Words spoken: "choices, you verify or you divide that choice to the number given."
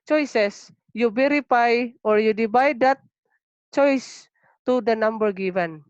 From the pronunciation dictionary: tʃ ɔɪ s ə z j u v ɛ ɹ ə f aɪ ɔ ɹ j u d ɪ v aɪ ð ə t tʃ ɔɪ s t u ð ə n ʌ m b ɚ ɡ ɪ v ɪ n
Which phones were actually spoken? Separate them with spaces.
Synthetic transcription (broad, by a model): tʃ ɔɪ s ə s j u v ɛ ɹ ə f aɪ ɔ ɹ j u d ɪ b aɪ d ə t tʃ ɔɪ s t u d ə n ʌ m b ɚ ɡ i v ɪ n